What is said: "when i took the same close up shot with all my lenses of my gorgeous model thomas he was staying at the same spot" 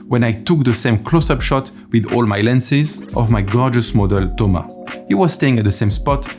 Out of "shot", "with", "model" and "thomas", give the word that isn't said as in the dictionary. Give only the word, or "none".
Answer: thomas